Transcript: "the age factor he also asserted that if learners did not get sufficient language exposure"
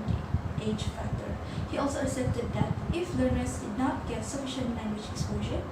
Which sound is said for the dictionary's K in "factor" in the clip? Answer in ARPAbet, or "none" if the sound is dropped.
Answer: K